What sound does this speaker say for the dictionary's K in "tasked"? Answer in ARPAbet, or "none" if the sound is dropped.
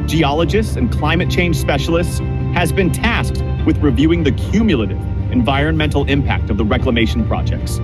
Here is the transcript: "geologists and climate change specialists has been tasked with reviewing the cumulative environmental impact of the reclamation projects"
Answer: K